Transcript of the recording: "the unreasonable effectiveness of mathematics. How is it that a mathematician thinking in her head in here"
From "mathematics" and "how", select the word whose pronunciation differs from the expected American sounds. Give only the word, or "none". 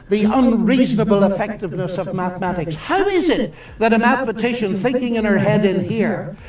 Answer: none